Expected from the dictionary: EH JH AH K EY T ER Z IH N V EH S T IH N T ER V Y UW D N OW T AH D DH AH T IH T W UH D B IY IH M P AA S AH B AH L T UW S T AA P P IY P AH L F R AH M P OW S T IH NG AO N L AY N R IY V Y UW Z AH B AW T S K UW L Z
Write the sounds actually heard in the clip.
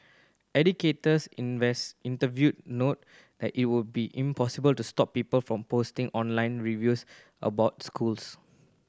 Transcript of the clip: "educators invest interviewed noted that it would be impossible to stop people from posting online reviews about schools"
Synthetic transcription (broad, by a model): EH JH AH K EY T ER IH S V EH S IH N T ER V Y UW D N OW T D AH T IH T W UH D B IY IH M P AA S AH B AH L T UW S T AA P P IY P AH L F R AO M P OW S T IH NG AO N L AY N R IY V Y UW S AH B AW T S K UW L S